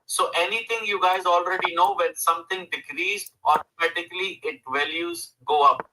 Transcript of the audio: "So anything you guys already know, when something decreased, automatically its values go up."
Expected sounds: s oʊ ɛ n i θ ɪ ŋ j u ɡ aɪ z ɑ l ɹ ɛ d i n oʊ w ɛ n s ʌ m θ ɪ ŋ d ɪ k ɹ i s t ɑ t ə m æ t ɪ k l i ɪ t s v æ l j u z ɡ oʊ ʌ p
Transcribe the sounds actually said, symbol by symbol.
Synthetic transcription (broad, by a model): s oʊ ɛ n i t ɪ ŋ j u ɡ aɪ z ɑ l ɹ ɛ d i n oʊ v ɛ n s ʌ m t ɪ ŋ d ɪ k ɹ i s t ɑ t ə m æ t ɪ k l i ɪ t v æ l j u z ɡ oʊ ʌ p